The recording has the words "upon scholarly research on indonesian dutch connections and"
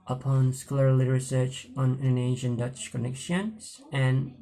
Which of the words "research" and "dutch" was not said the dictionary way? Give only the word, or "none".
none